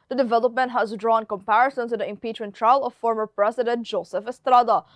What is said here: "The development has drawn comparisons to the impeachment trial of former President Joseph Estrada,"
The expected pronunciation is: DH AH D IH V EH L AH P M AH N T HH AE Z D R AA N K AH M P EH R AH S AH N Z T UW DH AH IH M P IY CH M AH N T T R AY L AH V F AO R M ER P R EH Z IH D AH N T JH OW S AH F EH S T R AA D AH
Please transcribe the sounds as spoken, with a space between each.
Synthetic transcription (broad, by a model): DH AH D IH V EH L AH P M AH N T HH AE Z D R AA N K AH M P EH R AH S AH N T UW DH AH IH M P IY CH M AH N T T R AY L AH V F AO R M ER P R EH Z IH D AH N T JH OW S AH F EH S T R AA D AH